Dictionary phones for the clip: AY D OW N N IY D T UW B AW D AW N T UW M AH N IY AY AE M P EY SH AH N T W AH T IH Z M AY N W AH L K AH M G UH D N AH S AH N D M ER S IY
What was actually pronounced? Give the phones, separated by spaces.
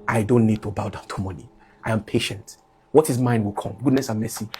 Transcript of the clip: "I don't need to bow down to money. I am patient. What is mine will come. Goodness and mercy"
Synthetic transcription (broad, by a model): AY D OW N N IY D T UW B AW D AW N T UW M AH N IY AY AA M P EY SH AH N T W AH T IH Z M AY N W AH L K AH M G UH D N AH S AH N M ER S IY